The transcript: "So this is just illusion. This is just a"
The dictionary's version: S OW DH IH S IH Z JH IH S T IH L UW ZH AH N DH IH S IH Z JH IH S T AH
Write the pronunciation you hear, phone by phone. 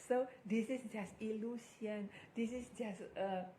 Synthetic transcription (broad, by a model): S OW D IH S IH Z JH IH S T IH L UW S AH N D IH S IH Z JH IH S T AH